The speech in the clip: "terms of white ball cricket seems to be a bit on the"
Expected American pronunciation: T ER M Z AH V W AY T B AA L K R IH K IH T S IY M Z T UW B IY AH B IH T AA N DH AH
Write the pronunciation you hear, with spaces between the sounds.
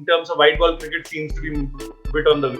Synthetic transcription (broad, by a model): T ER M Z AH V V AY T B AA L K R IH K IH T S IY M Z T UW B IY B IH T AA N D AH